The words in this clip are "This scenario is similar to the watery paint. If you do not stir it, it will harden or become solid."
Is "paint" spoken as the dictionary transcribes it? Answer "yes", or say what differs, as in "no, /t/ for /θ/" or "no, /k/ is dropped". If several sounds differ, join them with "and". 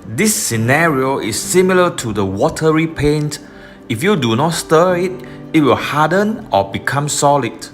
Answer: yes